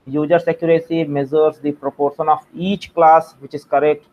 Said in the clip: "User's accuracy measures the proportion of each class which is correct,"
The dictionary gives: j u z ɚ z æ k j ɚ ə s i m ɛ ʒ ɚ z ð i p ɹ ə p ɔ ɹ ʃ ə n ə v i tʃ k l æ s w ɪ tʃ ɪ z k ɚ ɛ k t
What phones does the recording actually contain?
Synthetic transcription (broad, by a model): j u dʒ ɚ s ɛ k j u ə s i m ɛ z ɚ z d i p ɹ ə p ɔ ɹ ʃ ə n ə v i tʃ k l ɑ s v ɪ tʃ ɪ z k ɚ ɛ k t